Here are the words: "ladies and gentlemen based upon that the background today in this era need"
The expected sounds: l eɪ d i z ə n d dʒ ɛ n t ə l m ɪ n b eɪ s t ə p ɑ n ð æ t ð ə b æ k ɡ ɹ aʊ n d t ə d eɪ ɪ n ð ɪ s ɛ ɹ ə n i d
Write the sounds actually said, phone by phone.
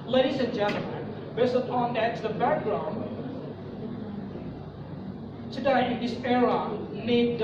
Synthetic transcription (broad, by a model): l eɪ d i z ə n dʒ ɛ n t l m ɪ n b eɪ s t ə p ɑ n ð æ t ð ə b æ k ɡ ɹ aʊ n d s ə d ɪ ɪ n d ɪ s ɛ ɹ ə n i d